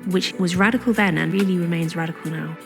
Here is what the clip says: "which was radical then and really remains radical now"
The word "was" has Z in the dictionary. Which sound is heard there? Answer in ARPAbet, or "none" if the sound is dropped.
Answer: Z